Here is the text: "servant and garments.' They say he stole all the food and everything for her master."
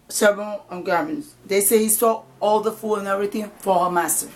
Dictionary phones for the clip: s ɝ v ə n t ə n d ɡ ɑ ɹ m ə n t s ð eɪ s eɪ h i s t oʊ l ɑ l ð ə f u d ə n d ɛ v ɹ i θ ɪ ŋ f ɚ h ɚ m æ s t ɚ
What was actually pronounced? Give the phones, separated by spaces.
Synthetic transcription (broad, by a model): s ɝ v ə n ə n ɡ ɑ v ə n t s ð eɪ s eɪ h i s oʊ ɑ l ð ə f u ə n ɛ v ɹ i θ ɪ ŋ f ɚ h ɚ m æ s t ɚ